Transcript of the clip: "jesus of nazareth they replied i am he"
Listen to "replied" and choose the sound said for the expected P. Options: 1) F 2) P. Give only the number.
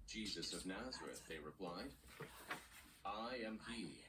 2